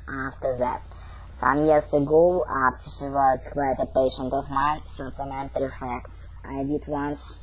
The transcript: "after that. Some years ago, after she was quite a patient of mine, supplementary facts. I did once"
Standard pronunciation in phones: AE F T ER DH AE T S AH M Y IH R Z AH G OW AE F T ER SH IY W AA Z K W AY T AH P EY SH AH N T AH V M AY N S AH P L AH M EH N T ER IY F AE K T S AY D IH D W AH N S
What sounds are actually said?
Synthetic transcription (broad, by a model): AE F T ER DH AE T S AH M Y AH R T AH G OW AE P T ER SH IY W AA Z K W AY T AH P EY SH AH N T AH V M AY N S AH P L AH M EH N T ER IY F AE K T S AY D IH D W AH N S